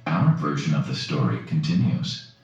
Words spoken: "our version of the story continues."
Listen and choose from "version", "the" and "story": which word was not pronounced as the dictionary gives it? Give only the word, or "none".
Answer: none